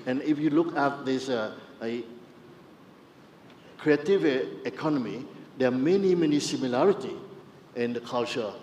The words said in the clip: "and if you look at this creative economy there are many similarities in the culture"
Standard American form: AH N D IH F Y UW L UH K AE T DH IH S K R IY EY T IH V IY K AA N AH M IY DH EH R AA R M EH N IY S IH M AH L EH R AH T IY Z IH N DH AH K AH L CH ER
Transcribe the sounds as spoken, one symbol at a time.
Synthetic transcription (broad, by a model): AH N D IH F Y UW L UH K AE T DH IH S K R IY EY T IH V IY K AA N AH M IY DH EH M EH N M EH N IY S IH M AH L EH R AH T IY IH N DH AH K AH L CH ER